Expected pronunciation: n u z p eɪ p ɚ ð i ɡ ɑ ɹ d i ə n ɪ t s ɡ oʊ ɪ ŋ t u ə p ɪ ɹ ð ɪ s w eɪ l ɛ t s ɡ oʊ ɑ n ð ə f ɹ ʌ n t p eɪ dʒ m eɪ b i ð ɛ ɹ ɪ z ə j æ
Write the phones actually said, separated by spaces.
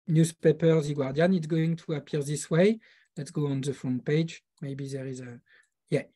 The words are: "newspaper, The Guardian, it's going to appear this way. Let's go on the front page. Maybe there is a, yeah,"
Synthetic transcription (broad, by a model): n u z p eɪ p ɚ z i ɡ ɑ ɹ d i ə n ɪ t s ɡ oʊ ɪ ŋ t u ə p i ɹ ð ɪ s w eɪ l ɛ t s ɡ oʊ ɑ n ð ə f ɔ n p eɪ dʒ m eɪ b i ð ɛ ɹ ɪ z ə j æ